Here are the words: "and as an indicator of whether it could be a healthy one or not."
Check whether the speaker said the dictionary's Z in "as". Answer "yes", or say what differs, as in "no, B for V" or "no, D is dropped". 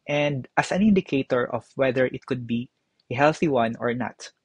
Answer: no, S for Z